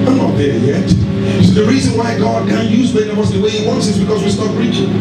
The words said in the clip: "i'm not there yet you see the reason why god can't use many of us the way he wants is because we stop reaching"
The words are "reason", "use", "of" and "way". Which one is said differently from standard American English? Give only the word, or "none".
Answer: of